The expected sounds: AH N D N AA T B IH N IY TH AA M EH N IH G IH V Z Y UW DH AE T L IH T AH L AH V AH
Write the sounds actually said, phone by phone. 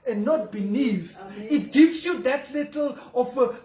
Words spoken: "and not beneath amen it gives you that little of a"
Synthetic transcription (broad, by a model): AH N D N AA T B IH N IY F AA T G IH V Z Y UW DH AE T L IH T AH L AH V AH